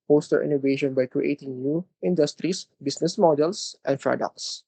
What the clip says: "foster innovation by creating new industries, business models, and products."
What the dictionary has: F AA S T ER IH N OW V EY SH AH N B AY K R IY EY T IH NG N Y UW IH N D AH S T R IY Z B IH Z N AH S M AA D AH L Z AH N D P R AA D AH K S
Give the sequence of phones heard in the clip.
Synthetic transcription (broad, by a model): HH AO S T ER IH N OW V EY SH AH N B AY K R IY EY T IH NG N Y UW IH N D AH S T R IY S B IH S N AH S M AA D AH L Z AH N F R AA D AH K S